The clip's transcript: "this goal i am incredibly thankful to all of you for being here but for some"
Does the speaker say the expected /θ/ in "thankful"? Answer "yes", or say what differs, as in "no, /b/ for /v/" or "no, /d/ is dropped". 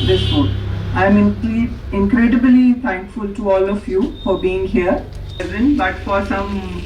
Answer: no, /t/ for /θ/